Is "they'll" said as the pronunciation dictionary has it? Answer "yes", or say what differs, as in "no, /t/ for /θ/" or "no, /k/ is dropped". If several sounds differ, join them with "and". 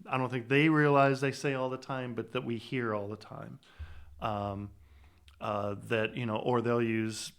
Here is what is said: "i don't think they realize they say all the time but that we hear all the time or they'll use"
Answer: yes